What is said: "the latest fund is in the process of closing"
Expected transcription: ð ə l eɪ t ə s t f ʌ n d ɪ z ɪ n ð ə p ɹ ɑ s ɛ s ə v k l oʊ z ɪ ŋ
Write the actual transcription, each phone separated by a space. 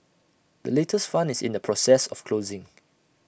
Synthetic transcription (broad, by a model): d ə l eɪ t ə s t f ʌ n ɪ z ɪ n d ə p ɹ ɑ s ɛ s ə f k l oʊ z ɪ ŋ